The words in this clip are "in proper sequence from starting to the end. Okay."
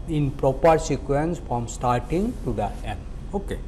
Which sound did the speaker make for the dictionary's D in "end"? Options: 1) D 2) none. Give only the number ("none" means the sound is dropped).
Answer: 2